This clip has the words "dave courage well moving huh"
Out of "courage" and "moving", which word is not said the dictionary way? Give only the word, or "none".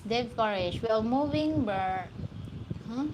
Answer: courage